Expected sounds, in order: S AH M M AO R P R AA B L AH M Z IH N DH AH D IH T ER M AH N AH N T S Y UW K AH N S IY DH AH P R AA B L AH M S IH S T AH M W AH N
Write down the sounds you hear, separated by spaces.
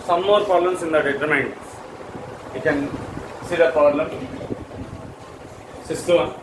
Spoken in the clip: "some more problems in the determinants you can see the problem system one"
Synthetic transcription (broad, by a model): S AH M M AO R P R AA L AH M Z IH N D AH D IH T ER M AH AH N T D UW K AH N S IY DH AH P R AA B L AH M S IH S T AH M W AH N